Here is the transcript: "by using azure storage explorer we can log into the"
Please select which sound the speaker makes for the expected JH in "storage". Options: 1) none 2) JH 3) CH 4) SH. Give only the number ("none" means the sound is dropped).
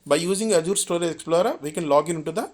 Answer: 1